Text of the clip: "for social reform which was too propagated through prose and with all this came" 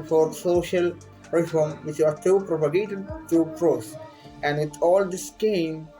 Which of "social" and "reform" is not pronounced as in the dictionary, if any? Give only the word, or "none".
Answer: none